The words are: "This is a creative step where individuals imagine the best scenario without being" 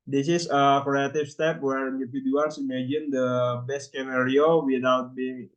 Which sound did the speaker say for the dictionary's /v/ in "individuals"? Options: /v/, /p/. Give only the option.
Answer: /p/